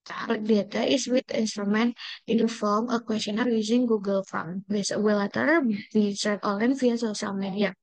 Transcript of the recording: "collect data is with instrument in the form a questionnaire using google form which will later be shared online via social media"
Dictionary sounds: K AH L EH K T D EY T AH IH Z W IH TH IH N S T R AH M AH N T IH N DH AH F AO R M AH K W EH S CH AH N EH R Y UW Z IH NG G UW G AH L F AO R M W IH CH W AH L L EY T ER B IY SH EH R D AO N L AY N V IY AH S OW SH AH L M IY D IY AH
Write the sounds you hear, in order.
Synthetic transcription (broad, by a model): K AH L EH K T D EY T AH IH S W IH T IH N S T R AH M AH N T IH N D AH F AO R M AH K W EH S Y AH N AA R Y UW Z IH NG G UW G AH L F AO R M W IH S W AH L L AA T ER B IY S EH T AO L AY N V IY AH S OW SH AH L M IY D IY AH